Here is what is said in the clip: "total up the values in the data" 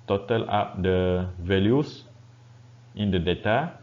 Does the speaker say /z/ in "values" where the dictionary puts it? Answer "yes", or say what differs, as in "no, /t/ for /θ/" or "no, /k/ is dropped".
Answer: no, /s/ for /z/